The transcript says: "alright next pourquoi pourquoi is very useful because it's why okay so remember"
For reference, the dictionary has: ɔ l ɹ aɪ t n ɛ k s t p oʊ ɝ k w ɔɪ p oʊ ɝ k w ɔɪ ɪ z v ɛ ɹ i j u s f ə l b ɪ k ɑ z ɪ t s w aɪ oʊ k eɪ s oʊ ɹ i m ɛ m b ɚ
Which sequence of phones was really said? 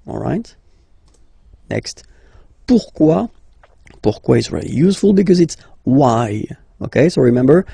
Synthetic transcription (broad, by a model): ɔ l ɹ aɪ t n ɛ k s t p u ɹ k w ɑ p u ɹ k w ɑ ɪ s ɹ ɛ l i j u s f ə l b ɪ k ɑ z ɪ t s w aɪ oʊ k eɪ s oʊ ɹ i m ɛ m b ɚ